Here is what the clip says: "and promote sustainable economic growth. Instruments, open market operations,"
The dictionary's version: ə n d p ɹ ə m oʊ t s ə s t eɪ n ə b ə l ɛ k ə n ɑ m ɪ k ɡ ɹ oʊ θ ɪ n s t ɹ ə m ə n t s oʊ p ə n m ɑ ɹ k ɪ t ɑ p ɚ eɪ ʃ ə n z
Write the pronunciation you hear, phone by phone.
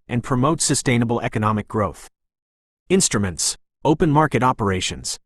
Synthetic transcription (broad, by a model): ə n p ɹ ə m oʊ t s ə s t eɪ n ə b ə l ɛ k ə n ɑ m ɪ k ɡ ɹ oʊ θ ɪ n s t ɹ ə m ə n t s oʊ p ə n m ɑ ɹ k ɪ t ɑ p ɚ eɪ ʃ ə n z